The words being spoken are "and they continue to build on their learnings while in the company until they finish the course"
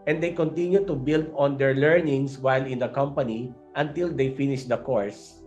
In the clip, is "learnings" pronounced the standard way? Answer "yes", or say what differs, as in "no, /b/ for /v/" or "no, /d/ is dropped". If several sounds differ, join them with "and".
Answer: no, /s/ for /z/